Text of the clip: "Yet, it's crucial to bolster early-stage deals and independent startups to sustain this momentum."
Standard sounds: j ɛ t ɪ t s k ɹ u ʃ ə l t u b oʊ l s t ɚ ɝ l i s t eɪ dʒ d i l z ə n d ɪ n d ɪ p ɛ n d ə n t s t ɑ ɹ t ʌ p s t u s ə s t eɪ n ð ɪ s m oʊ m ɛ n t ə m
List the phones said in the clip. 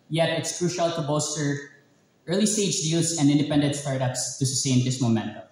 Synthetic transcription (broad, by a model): j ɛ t ɪ t s k ɹ u ʃ ə l t u b oʊ s t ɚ ɝ l i s t eɪ dʒ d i l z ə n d ɪ n d ɪ p ɛ n d ə n t s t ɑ ɹ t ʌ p s t u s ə s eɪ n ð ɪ s m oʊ m ɛ n t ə